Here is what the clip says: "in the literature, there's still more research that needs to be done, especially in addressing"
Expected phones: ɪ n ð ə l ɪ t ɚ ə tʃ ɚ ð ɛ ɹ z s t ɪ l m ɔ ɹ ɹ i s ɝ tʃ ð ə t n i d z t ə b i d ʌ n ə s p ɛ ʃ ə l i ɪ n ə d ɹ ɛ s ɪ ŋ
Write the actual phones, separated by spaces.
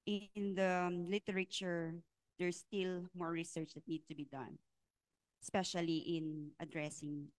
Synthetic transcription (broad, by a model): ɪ n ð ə l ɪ t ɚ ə tʃ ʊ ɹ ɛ ɹ s t ɪ l m ɔ ɹ ɹ i s ɝ tʃ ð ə t n i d t ə b i d ʌ n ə s p ɛ ʃ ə l i ɪ n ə d ɹ ɛ s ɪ ŋ